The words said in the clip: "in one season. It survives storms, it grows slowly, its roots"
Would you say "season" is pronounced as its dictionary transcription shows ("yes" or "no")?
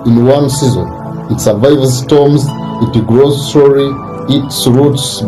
yes